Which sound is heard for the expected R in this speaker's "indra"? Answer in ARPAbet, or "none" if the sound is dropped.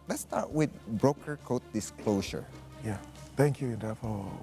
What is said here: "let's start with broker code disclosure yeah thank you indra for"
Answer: none